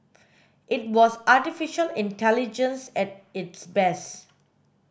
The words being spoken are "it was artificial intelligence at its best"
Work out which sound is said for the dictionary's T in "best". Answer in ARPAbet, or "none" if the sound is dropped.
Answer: none